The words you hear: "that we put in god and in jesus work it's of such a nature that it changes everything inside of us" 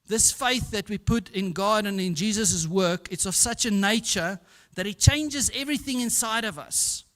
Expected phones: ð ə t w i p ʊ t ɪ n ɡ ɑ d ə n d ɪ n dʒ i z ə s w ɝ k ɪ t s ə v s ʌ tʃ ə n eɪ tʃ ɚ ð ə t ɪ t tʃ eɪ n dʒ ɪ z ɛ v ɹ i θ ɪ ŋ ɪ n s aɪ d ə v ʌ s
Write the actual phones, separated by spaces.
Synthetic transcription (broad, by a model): ð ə t w i p ʊ t ɪ n ɡ ɑ d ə n ɪ n dʒ i z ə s w ɝ k ɪ t s ə v s ʌ tʃ ə n eɪ tʃ ɚ ð ə t ɪ t tʃ eɪ n dʒ ɪ z ɛ v ɹ i θ ɪ ŋ ɪ n s aɪ d ə v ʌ s